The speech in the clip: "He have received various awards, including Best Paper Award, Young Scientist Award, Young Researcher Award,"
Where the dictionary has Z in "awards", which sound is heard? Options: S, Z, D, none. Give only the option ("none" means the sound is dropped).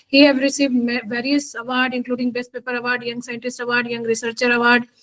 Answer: none